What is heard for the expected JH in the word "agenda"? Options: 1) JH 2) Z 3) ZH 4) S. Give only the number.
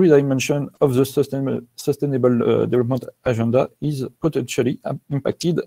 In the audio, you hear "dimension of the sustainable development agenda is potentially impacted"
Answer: 3